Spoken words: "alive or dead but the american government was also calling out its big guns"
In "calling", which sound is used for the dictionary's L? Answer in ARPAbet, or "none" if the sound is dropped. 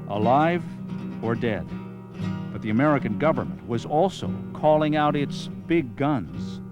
L